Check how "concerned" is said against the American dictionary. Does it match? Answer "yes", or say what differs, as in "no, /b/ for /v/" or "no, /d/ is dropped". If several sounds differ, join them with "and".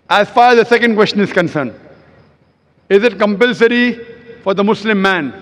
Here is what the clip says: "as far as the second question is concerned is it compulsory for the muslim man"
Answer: yes